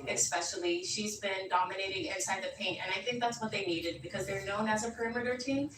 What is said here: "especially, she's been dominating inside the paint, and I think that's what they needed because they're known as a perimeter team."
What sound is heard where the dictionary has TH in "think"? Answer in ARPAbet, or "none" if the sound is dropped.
TH